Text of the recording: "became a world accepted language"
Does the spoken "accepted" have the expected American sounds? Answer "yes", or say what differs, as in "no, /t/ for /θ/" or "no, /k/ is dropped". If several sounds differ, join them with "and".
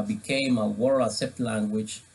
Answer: no, /k/ is dropped